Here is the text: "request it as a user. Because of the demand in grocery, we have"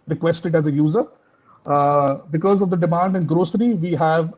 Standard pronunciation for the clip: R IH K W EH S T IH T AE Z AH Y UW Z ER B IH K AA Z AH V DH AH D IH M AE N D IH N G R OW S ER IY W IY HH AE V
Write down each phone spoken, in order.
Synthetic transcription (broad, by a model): R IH K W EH S T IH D AE Z AH Y UW Z ER B IH K AA Z AH V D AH D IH M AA N D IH N G R OW S ER IY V IY HH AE V